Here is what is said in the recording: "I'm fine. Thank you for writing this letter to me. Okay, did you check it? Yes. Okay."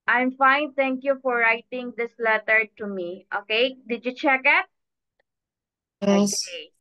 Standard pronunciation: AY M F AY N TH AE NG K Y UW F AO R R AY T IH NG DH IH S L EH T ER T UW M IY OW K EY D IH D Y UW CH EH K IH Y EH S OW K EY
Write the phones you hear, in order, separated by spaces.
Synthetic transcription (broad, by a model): AY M F AY N T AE NG K Y UW F AO R R AY T IH NG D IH S L EH T ER T UW M IY OW K EY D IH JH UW CH EH K IH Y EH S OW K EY